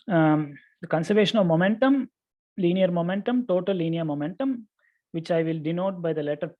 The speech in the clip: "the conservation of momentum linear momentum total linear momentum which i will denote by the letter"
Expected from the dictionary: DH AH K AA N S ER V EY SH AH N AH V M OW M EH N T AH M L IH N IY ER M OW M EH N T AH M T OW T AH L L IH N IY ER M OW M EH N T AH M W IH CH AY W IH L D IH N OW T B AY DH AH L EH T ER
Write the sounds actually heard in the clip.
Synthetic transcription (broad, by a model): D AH K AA N S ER V EY SH AH N AH V M OW M EH N T AH M L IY N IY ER M OW M EH N T AH M T OW T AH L L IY N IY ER M OW M EH N T AH M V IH CH AY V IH L D IH N OW T B AY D AH L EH T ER